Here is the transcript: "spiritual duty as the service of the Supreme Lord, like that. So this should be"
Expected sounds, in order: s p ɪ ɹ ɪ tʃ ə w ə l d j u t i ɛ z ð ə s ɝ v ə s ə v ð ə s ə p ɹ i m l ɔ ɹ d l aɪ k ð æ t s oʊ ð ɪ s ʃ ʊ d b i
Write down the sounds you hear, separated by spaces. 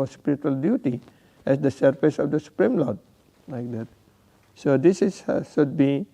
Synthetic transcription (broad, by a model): s p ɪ ɹ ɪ tʃ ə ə l d j u t i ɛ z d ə s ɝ f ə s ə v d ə s ə p ɹ i m l ɔ ɹ d l aɪ k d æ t s oʊ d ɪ s ʃ ʊ d b i